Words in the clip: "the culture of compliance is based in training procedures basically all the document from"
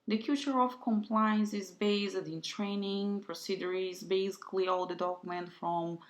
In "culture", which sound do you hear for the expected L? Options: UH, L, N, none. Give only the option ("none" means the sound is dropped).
none